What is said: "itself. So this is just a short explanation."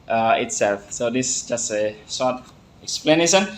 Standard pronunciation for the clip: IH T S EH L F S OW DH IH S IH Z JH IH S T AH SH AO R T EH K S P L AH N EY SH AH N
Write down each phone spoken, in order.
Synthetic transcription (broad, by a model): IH T S EH L F S OW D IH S JH IH S T AH S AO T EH K S P L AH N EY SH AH N